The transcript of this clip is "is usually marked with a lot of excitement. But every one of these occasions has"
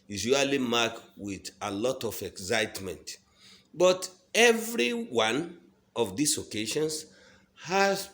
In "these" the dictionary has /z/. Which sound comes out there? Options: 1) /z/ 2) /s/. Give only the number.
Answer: 2